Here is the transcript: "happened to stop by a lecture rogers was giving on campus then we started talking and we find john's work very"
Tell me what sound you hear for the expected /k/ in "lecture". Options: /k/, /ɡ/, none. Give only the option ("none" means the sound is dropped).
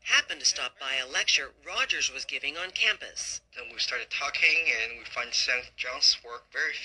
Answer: /k/